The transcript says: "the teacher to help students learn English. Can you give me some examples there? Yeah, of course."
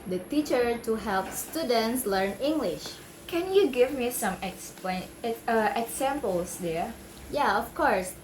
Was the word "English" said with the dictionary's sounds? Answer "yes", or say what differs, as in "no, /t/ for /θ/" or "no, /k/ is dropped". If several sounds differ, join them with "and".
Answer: yes